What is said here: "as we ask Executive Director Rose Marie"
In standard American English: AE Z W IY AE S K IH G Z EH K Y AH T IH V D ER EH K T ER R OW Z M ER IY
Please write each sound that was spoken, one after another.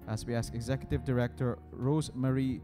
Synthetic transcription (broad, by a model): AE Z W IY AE S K IH G Z EH K Y AH T IH V D ER EH K T ER R OW Z M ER IY